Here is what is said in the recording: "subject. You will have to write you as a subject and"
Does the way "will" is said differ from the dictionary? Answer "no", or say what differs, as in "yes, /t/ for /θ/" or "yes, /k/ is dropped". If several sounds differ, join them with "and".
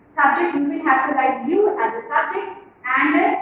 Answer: yes, /n/ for /l/